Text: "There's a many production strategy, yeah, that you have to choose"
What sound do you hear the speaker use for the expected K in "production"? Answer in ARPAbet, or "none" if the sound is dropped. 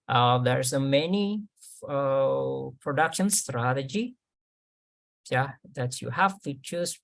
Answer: K